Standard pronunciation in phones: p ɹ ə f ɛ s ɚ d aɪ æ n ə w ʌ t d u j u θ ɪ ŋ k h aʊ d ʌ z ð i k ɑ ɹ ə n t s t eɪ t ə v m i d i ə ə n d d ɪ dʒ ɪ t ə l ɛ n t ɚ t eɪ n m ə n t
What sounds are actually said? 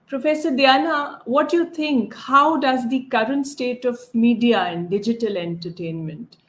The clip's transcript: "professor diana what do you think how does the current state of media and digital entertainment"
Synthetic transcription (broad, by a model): p ɹ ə f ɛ s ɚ d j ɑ n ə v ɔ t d j u t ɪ ŋ k h aʊ d ʌ z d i k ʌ ɹ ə n t s t eɪ t ə v m i d i ə ə n d d ɪ dʒ ɪ t ə l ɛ n t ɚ t eɪ n m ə n t